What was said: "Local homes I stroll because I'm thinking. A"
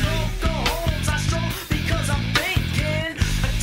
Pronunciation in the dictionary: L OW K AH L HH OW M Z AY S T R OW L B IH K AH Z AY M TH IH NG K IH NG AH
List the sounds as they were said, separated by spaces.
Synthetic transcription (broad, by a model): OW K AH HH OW Z AY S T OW B IH K AH Z AY M TH IH NG K IH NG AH